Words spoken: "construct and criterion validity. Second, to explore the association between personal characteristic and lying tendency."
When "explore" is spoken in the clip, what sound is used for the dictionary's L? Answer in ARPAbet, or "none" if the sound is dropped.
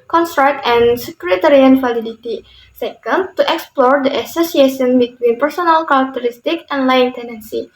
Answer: L